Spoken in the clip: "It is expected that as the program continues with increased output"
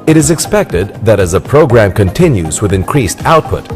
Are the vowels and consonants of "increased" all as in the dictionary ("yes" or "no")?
yes